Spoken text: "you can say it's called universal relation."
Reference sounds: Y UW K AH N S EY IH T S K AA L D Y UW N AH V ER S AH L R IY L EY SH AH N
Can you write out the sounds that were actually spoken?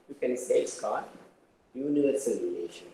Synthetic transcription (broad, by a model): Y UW K AH N S EY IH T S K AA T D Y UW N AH ER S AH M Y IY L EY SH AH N